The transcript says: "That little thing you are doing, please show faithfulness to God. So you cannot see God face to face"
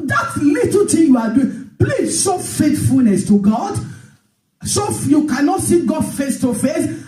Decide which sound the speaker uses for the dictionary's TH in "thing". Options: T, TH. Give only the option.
T